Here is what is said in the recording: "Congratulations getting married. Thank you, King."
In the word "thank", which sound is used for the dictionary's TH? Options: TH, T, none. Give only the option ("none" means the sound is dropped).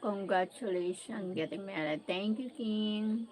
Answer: T